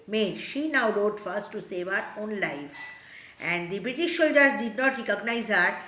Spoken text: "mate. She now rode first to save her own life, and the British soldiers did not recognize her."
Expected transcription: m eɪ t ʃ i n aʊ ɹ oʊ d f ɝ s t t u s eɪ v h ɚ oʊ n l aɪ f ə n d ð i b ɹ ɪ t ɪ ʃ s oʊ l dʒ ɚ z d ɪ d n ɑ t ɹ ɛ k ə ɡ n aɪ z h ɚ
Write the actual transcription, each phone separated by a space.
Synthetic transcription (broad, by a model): m eɪ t ʃ i n aʊ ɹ oʊ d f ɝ s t t u s eɪ v h ɚ oʊ n l aɪ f ə n d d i b ɹ ɪ t ɪ ʃ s oʊ l dʒ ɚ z d ɪ d n ɑ t ɹ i k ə ɡ n aɪ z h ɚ